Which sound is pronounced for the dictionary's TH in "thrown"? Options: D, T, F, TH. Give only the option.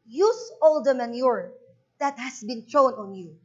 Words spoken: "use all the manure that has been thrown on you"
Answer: T